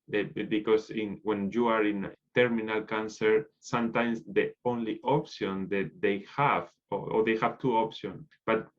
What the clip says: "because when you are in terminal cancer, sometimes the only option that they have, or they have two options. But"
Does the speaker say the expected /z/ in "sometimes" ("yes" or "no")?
no